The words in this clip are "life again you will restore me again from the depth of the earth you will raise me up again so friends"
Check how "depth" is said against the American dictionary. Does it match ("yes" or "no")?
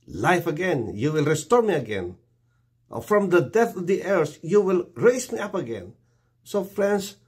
no